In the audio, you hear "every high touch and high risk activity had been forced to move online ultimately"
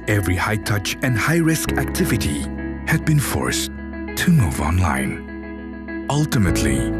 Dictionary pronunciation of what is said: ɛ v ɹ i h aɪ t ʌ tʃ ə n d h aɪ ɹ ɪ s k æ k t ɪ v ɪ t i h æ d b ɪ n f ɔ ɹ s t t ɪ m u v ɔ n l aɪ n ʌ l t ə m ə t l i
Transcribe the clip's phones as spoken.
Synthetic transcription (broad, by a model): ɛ v ɹ i h aɪ t ʌ tʃ ə n d h aɪ ɹ ɪ s k æ k t ɪ v ɪ t i h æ d b ɪ n f ɔ ɹ s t t ɪ m u v ɔ n l aɪ n ʌ l t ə m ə t l i